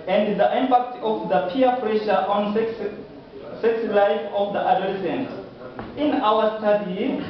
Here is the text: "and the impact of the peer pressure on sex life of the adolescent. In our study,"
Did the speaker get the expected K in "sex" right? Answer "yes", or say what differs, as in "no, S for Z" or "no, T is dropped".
yes